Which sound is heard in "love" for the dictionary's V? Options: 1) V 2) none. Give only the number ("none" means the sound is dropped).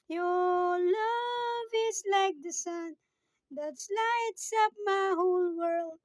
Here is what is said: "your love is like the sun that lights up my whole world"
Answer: 1